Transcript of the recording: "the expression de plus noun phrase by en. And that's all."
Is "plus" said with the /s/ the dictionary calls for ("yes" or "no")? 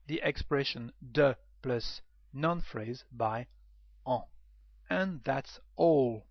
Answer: yes